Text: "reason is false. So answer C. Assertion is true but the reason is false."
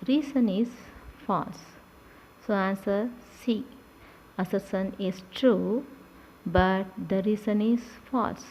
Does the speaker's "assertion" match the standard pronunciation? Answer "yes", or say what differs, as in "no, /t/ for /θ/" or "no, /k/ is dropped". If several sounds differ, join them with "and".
no, /s/ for /ʃ/